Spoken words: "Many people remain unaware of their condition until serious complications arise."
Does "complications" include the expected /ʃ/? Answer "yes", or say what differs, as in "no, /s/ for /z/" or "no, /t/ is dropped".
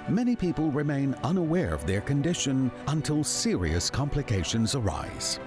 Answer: yes